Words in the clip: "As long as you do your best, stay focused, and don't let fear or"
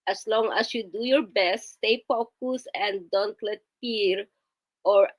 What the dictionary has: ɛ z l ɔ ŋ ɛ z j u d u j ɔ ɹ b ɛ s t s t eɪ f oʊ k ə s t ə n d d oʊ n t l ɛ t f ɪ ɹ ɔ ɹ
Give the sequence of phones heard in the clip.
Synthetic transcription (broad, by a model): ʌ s l ɔ ŋ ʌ s j u d u j ɔ ɹ b ɛ s t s t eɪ p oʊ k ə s ə n d d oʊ n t l ɛ t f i ɹ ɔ ɹ